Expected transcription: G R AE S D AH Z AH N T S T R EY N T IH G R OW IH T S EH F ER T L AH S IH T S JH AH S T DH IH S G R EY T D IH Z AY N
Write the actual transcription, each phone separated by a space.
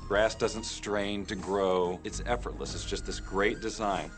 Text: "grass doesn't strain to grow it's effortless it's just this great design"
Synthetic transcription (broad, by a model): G R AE S D AH Z AH N T S T R EY N T IH G R OW IH T S EH F ER T L AH S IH T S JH AH S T DH IH S G R EY T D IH Z AY N